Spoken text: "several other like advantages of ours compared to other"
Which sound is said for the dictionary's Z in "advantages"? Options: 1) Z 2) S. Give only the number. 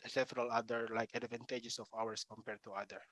2